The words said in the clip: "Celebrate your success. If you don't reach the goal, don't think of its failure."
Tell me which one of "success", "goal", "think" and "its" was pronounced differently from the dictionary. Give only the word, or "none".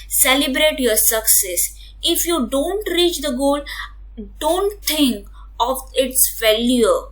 think